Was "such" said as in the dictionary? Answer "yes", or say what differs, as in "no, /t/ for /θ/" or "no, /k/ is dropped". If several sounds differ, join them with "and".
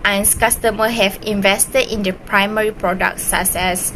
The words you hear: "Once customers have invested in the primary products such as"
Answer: no, /s/ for /tʃ/